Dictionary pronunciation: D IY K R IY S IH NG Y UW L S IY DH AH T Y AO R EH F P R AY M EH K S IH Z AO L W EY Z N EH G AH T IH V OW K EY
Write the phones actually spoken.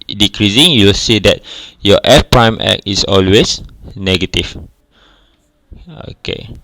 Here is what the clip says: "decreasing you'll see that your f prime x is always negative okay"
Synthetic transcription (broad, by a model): D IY K R IY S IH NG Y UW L S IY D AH T Y AO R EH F P R AY M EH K IH S AO L W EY S N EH G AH T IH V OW K EY